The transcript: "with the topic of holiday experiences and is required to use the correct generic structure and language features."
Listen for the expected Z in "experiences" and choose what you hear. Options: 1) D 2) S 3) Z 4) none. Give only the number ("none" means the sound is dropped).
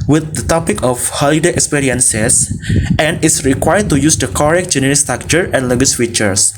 2